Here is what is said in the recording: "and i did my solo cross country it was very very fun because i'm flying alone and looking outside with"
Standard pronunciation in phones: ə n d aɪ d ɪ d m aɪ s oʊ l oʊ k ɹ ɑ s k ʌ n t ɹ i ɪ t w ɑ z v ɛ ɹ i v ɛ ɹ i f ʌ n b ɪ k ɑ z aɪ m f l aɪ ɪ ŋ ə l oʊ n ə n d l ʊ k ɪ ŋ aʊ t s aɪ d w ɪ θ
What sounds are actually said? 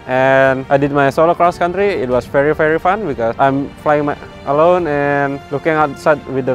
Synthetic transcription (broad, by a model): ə n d aɪ d ɪ d m aɪ s oʊ l oʊ k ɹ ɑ s k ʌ n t ɹ i ɪ t w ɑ s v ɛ ɹ i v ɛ ɹ i f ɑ n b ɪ k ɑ s aɪ m f l aɪ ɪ ŋ ə l oʊ n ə n l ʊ k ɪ ŋ aʊ t s aɪ d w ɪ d